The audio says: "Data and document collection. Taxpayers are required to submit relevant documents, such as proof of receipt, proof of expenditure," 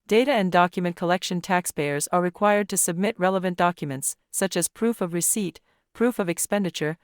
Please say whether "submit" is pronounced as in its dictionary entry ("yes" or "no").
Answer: yes